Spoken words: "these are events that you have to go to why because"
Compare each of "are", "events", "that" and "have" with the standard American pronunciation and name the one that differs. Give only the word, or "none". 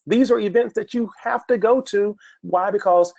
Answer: have